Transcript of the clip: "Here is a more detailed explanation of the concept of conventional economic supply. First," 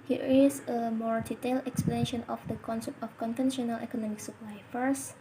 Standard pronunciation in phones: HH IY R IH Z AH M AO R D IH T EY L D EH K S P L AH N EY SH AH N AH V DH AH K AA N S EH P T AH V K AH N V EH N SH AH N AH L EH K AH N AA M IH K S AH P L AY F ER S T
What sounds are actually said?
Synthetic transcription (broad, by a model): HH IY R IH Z AH M AO R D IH T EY L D EH K S P L AH N EY SH AH N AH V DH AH K AA N S EH P T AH F K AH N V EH N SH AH N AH L EH K AH N AA M IH K S AH P L AY F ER S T